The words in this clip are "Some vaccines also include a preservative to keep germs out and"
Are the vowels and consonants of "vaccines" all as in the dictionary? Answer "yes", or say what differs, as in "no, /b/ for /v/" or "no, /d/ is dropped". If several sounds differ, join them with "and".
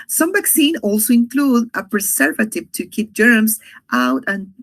no, /z/ is dropped